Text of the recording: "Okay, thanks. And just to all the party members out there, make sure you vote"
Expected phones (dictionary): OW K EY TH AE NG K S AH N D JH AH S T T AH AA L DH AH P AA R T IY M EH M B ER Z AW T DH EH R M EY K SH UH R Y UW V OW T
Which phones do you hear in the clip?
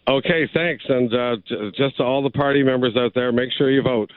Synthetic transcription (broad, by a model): OW K EY TH AE NG K S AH N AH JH AH S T T AH AA L DH AH P AA R T IY M EH M B ER Z AW T DH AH R M EY K SH UH R Y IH V OW T